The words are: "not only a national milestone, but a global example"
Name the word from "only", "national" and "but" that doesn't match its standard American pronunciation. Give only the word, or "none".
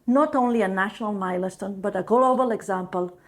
none